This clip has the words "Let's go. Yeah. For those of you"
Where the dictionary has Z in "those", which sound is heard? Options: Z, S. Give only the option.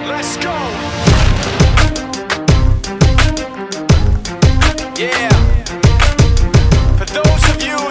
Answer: Z